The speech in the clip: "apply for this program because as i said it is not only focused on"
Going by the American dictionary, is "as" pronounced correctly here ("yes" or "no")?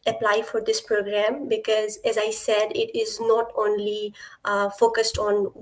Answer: yes